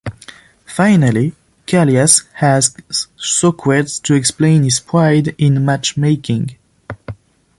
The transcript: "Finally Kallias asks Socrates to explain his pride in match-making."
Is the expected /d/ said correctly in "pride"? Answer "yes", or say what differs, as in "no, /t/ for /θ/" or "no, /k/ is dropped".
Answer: yes